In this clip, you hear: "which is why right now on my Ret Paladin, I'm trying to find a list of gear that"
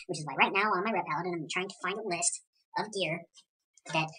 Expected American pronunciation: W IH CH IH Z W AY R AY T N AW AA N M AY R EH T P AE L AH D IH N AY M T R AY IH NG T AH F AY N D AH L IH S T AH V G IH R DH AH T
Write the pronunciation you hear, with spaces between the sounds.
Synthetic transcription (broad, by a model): W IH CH IH Z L AY R AY T N AW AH N M AY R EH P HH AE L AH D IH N AY M T R AY IH NG T AH F AY N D AH L IH S T AH V G IH R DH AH T